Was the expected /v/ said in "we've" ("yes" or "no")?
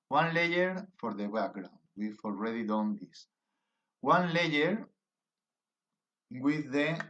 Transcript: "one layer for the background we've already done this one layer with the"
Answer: no